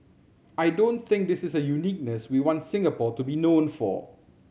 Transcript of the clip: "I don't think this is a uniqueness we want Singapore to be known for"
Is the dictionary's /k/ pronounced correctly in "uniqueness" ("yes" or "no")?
yes